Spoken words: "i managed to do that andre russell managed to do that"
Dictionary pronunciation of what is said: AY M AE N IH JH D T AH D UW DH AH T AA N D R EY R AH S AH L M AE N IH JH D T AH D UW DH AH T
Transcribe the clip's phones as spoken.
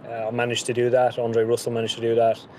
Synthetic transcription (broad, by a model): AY M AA N IH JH T AH D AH DH AH T AA N D R EY R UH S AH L M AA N IH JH T AH D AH DH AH T